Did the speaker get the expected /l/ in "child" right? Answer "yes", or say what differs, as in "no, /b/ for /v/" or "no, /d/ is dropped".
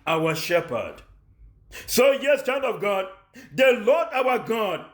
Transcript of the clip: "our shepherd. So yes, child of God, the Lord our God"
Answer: no, /n/ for /l/